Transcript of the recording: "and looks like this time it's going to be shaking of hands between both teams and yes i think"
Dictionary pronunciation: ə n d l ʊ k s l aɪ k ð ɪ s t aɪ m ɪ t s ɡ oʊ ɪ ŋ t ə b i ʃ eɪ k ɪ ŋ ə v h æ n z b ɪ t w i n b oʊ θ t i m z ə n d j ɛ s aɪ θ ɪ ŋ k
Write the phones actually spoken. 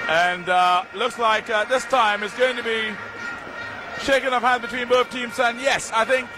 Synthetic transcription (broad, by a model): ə n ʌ l ʊ k s l aɪ k ð ɪ s t aɪ m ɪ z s ɡ oʊ ɪ ŋ t ə b i ʃ eɪ k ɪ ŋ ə p h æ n b ɪ t w i n b oʊ θ t i m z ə n j ɛ s aɪ θ ɪ ŋ k